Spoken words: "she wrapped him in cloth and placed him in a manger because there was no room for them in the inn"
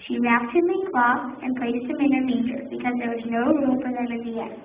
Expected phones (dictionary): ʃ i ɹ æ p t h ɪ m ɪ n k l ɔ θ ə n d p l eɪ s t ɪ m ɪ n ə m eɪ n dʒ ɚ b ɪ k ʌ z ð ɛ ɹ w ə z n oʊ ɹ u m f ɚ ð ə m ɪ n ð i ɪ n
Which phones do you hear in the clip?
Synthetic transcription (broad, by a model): ʃ i ɹ æ p t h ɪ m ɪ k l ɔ t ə n p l eɪ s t ɪ m ɪ n ə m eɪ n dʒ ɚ b ɪ k ʌ z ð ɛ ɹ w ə z n oʊ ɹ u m f ɚ ð ə m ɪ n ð i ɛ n